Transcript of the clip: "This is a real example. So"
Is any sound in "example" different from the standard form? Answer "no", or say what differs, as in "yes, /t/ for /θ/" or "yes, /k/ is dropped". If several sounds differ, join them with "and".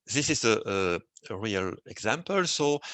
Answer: no